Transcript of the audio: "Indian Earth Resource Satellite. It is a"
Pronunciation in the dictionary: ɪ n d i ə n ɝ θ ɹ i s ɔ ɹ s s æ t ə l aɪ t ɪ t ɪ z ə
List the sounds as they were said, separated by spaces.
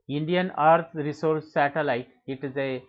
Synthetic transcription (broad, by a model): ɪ n d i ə n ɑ t ɹ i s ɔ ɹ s s æ t ə l aɪ t ɪ t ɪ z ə